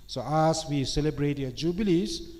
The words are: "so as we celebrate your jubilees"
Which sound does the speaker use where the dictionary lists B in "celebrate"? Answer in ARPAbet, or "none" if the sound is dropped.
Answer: B